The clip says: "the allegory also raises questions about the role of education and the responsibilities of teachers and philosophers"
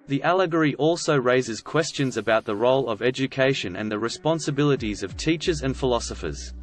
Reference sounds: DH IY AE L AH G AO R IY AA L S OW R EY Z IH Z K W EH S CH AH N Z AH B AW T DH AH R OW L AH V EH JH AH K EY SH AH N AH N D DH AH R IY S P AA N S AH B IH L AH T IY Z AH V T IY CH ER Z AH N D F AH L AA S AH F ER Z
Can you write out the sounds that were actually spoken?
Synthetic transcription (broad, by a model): DH IY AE L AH G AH R IY AA L S OW R EY Z IH Z K W EH S CH AH N Z AH B AW T DH AH R OW L AH V EH JH AH K EY SH AH N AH N DH AH R IY S P AA N S AH B IH L AH T IY Z AH V T IY CH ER Z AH N F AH L AA S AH F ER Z